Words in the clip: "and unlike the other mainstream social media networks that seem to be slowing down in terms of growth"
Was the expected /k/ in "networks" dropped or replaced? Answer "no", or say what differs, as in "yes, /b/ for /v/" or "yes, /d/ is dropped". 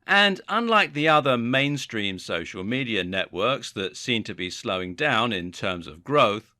no